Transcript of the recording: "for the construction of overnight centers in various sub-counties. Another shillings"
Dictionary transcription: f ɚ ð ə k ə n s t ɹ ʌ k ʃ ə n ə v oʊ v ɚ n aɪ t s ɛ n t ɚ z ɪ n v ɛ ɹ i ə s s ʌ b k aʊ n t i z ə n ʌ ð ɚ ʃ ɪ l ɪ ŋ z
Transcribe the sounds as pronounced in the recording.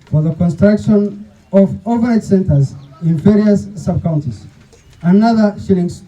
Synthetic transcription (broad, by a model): f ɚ ð ə k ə n s t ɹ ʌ k ʃ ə n ə v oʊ v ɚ aɪ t s ɛ n t ɚ z ɪ n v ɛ ɹ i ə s s ʌ b k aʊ n t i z ə n ʌ ð ɚ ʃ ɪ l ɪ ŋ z